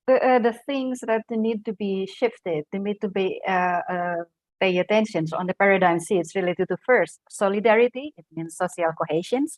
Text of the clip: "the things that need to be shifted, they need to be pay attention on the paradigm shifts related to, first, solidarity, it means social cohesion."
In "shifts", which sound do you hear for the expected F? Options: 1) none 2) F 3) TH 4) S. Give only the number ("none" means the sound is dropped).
1